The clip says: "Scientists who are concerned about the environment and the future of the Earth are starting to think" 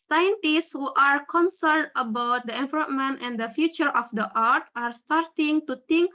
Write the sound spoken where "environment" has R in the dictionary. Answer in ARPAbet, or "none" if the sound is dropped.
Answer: L